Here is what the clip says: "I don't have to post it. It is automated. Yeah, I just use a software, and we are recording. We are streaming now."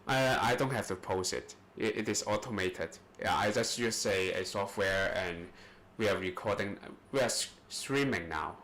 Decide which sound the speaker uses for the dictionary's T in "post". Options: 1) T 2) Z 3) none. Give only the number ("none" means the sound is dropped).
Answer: 3